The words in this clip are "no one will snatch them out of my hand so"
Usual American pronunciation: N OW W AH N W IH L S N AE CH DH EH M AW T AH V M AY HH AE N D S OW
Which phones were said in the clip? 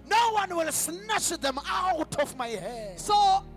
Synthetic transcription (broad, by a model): N OW W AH N W IH L S N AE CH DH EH M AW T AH F M AY HH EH D S OW